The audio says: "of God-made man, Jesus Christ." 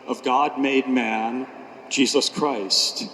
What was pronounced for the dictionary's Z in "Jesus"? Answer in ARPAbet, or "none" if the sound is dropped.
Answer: Z